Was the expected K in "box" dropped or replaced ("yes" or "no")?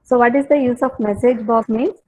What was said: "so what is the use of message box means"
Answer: yes